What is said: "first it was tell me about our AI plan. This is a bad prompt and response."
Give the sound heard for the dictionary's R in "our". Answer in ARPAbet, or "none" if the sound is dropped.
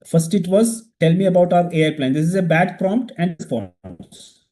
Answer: R